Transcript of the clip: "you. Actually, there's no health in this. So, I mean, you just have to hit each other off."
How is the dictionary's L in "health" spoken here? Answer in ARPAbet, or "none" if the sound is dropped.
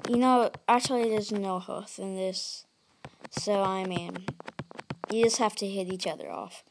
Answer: none